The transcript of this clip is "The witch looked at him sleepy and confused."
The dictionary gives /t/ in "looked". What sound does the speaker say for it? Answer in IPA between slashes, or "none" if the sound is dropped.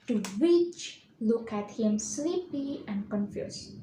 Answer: none